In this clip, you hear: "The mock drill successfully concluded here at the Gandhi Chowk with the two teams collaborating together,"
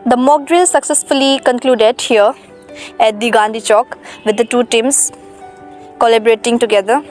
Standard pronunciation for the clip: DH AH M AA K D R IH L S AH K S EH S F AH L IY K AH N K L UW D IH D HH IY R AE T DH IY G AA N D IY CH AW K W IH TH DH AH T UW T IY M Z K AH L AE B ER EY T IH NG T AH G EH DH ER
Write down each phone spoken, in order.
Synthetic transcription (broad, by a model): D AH M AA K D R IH L S AH K S EH S F AH L IY K AH N K L UW D IH D HH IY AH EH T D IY G AA N D IY CH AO K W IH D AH T UW T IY M S K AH L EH B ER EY T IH NG T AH G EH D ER